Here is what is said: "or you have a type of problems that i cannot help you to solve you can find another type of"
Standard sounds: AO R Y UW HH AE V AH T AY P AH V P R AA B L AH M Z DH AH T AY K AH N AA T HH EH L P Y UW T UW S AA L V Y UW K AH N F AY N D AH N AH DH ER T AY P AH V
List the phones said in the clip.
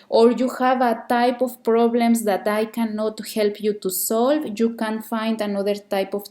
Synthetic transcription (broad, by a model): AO R Y UW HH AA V AH T AY P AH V P R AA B L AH M S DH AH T AY K AH N AA T HH EH L P Y UW T UW S AA L V Y UW K AH N F AY N D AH N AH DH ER T AY P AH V